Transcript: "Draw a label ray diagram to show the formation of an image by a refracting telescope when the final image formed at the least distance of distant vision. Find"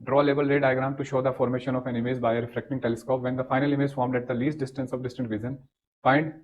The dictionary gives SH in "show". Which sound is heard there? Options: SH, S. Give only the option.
SH